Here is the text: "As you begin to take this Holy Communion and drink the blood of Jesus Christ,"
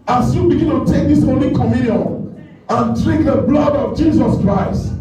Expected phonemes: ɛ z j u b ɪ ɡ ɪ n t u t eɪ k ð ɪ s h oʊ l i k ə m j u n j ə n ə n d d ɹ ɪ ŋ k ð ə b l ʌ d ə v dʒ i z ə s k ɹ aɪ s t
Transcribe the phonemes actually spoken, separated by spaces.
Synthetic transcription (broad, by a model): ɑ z j u b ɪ ɡ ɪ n t u t eɪ k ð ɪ s oʊ l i k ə m j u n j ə n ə n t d ɹ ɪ k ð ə b l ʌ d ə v dʒ i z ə s k ɹ aɪ s t